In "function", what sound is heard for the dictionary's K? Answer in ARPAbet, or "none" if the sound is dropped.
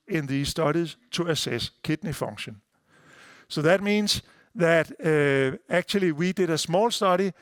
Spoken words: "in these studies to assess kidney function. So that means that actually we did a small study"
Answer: none